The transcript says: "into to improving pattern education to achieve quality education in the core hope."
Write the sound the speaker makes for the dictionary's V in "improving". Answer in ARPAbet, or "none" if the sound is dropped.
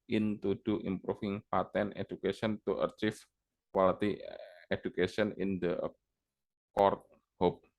F